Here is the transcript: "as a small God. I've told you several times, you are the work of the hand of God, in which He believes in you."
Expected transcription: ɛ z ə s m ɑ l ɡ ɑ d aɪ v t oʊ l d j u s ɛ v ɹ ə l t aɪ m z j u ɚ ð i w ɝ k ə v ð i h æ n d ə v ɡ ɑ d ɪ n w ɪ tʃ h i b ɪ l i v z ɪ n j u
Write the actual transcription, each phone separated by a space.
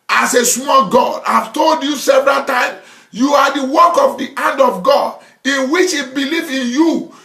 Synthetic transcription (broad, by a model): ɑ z ə s m ɑ l ɡ ɑ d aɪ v t oʊ l d j u s ɛ v ɹ ə l t aɪ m j u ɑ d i w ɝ k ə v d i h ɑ n d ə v ɡ ɑ d ɪ n w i tʃ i b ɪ l i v ɪ n j u